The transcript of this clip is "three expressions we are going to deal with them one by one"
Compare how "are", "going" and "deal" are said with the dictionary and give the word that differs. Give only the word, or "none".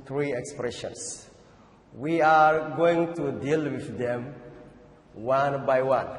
none